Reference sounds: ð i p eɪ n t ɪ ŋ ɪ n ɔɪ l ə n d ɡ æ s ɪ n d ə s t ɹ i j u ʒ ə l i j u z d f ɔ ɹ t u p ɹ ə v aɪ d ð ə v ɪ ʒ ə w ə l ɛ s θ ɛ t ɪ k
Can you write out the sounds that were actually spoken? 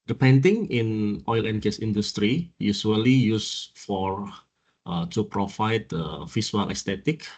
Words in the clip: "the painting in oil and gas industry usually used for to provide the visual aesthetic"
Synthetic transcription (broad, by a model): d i p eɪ n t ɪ ŋ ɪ n ɔɪ l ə n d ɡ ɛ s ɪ n d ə s t ɹ i j u s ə l i j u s f ɔ ɹ t u p ɹ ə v aɪ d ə f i s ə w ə l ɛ s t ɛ t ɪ k